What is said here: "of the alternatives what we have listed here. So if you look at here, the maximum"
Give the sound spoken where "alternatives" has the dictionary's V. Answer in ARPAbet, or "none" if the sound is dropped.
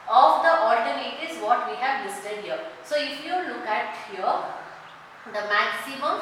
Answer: none